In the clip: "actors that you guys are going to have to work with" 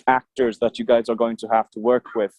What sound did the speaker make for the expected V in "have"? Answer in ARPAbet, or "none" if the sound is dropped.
F